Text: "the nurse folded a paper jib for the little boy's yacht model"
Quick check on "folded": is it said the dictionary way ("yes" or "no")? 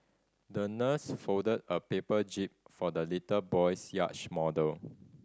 no